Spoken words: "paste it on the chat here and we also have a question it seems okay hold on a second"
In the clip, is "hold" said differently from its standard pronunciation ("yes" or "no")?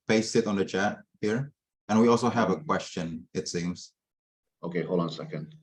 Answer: yes